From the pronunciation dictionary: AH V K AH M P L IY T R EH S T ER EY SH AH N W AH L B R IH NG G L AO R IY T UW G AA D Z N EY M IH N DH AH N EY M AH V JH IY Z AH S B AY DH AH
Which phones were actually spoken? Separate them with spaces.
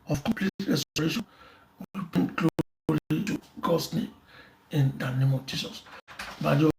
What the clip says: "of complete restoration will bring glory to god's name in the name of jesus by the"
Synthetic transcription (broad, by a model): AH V K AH M P L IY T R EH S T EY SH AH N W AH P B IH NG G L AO L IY T UW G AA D S N EY M IH N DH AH N EY M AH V JH IY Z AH S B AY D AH